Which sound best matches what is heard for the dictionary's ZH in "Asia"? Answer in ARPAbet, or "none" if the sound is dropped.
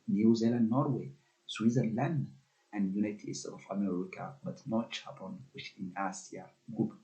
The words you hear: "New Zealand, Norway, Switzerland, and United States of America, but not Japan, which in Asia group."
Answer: S